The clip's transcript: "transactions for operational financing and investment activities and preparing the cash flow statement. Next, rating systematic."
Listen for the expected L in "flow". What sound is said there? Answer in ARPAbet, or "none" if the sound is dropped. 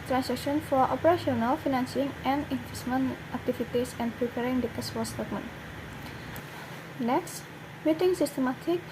none